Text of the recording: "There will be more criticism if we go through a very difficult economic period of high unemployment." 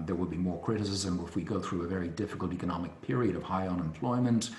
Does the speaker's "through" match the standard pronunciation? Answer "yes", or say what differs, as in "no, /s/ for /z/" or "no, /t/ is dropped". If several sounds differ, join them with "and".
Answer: yes